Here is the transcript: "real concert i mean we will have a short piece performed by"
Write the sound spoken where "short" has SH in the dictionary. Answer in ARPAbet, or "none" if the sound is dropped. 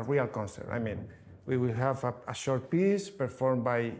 SH